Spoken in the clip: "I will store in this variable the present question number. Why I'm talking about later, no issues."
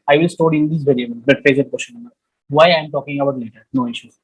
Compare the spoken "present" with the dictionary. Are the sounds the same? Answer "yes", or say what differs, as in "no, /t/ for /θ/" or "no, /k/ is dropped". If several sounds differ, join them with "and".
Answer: no, /n/ is dropped